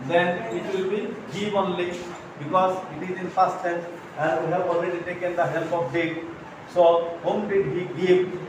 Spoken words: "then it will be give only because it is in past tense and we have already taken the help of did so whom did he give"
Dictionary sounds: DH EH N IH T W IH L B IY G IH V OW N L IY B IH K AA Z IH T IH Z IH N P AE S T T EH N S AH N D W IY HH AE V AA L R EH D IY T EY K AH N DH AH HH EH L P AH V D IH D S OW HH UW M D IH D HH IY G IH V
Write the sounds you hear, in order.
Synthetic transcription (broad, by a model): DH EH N IH T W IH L B IY G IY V OW N L IY B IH K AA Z IH T IH Z IH N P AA S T S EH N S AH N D W IY HH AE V AA L R EH D IY T EY K AH N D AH HH EH L P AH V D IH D S OW HH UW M D IH D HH IY G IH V